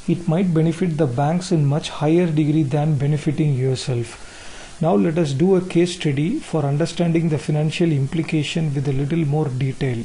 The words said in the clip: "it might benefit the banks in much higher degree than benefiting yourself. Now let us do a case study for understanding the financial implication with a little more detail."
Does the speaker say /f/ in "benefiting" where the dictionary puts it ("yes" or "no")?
yes